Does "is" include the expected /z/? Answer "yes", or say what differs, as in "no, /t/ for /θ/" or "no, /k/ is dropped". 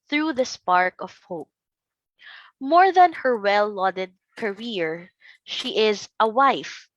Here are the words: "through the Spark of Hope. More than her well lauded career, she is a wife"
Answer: yes